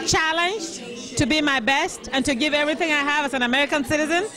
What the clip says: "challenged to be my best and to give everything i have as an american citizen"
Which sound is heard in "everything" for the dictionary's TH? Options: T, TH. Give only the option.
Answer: TH